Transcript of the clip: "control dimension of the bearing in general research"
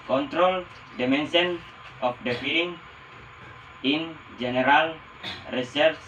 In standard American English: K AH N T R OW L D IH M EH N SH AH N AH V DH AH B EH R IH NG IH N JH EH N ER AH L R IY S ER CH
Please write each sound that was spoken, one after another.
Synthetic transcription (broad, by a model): K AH N T R OW L D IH M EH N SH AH N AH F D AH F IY L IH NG IH N JH EH N ER AH L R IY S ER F